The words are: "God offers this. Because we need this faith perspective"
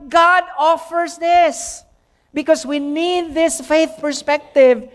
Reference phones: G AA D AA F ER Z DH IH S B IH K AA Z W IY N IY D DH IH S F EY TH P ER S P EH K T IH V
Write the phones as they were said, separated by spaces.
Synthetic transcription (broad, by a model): G AA D AA F ER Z DH IH S B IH K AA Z W IY N IY D DH IH S F EY TH P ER S P EH K T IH V